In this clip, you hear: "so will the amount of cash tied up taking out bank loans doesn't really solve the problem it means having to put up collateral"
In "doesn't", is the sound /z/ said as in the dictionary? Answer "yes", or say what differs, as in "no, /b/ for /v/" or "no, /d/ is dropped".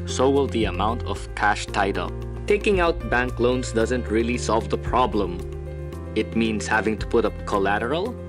yes